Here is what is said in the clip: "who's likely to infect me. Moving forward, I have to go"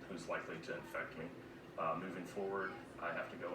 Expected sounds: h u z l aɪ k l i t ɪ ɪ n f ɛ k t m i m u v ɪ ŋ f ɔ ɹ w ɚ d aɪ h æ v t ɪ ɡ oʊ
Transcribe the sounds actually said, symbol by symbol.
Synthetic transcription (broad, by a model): h u z l aɪ k l i t ɪ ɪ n f ɛ k t m i m u v ɪ ŋ f ɔ ɹ w ɚ d aɪ h æ f t ɪ ɡ oʊ